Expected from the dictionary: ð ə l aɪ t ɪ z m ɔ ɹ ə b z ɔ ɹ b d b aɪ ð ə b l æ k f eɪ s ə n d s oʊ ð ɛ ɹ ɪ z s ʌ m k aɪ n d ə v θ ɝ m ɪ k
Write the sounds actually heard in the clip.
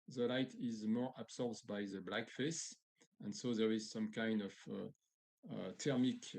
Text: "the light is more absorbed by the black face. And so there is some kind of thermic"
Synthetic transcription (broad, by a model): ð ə l aɪ t ɪ z m ɔ ɹ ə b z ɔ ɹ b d b aɪ ð ə b l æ k f eɪ s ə n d s oʊ ð ɛ ɹ ɪ z s ʌ m k aɪ n d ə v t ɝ m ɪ k